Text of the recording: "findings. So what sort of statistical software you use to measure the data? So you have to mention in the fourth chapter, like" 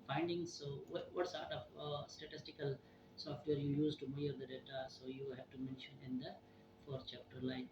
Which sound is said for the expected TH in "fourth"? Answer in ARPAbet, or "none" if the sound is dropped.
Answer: T